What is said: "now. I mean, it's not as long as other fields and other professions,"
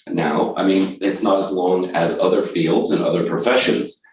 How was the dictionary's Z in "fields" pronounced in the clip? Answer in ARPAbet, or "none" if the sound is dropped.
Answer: Z